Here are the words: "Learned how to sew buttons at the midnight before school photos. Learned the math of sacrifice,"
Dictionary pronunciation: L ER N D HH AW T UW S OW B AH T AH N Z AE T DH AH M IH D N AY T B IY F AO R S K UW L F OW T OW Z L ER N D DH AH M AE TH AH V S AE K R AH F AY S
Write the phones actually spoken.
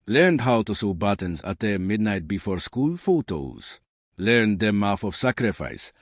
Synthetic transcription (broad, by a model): L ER N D HH AW T UW S OW B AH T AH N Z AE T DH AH M IH D N AY T B IY F AO R S K UW L F OW T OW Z L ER N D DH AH M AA F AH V S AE K R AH F AY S